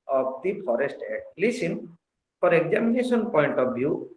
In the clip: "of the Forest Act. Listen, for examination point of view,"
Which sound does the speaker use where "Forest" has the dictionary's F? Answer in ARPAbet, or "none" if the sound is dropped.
P